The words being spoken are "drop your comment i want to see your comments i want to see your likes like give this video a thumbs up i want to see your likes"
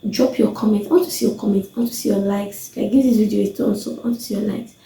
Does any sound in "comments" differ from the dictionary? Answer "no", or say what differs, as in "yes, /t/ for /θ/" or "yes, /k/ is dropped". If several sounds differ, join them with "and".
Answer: yes, /s/ is dropped